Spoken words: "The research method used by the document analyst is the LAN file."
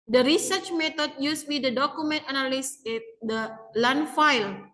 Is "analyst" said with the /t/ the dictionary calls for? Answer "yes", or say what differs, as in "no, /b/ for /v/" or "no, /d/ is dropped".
no, /t/ is dropped